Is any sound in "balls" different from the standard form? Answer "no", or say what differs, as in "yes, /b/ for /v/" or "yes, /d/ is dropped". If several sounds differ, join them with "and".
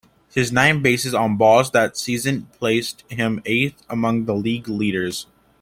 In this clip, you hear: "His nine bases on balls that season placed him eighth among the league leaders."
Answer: yes, /l/ is dropped